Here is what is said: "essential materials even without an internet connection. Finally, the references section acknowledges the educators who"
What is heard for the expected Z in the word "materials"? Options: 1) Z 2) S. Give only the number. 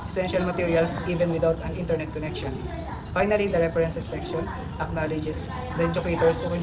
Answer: 2